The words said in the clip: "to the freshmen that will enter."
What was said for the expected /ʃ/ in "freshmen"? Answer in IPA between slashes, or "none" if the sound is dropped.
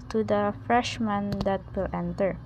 /ʃ/